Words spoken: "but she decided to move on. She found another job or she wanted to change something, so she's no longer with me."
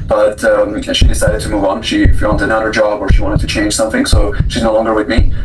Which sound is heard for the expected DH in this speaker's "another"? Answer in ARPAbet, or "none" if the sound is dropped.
none